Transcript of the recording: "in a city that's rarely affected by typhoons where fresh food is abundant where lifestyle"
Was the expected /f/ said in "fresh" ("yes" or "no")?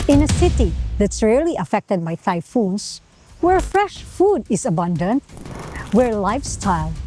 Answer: yes